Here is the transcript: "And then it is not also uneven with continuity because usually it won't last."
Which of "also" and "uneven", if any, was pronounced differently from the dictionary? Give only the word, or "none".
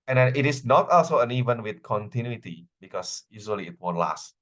none